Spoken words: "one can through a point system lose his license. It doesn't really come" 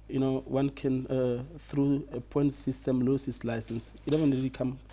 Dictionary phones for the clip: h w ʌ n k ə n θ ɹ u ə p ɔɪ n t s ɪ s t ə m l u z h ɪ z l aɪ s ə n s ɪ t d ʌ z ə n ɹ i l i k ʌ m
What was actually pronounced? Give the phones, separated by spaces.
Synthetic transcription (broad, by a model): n w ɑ n k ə n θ ɹ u ə p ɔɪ n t s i s t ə m l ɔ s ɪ s l aɪ s ə n s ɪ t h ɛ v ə n ɹ i l i k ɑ m